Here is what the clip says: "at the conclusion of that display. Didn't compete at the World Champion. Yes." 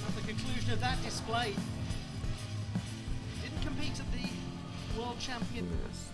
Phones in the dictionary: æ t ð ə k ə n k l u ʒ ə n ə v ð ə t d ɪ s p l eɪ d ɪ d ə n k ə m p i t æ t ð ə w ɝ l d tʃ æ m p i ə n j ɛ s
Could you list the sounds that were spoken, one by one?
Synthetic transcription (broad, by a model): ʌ ð ə k ə n k l u ʒ ə n ə v ð ə t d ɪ s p l eɪ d ɪ d n k ə m p i t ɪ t ð ə w ɝ l d tʃ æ m p i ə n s